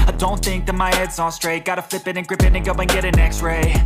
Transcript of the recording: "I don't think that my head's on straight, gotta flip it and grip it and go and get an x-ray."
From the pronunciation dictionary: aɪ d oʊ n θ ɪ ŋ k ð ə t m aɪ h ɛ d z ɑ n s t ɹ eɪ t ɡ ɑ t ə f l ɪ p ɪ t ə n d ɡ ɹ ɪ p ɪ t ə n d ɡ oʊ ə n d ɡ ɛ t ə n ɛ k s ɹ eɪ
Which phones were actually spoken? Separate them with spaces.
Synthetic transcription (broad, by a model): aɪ d oʊ n θ ɪ ŋ k ð ə t m aɪ h ɛ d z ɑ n s t ɹ eɪ t ɡ ɑ t ə f l ɪ p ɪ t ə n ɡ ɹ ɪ p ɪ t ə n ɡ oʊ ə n ɡ ɛ t ə n ɛ k s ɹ eɪ